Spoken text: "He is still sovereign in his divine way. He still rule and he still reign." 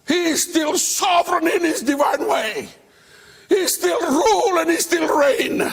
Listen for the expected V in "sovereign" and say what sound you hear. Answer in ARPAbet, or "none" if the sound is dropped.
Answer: V